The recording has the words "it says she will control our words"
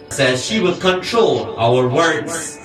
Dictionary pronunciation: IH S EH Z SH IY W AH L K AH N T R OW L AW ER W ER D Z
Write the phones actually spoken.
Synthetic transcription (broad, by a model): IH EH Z SH IY W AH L K AH N T R OW L AW ER W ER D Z